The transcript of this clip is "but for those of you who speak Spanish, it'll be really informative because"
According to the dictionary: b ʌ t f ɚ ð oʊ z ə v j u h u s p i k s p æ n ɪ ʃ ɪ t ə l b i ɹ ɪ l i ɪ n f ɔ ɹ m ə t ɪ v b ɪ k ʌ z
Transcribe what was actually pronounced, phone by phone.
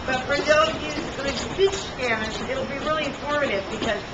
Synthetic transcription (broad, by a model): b ʌ t f ɚ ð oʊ ə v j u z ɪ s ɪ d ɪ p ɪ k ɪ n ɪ t l b i ɹ ɪ l i ɪ n f ɔ ɹ m ə t ɪ v b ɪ k ʌ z